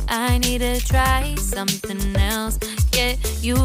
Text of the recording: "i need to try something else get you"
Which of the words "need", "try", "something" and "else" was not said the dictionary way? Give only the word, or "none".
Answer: none